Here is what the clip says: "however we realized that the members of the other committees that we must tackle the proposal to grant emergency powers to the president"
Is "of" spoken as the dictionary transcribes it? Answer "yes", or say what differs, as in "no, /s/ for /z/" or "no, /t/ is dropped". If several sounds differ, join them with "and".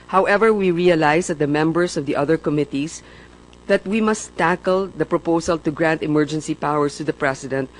yes